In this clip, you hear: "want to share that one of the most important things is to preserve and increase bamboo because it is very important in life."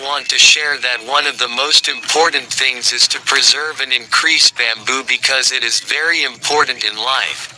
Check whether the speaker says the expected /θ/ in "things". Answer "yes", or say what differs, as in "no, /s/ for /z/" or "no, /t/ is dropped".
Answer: yes